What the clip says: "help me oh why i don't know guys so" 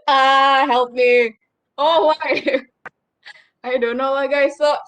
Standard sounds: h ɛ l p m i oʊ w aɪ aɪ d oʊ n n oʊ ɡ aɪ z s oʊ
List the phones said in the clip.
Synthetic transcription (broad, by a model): h ɛ l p m i oʊ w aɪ aɪ d oʊ n l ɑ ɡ aɪ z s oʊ